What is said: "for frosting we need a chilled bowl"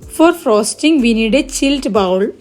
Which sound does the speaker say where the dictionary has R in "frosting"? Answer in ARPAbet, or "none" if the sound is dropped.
R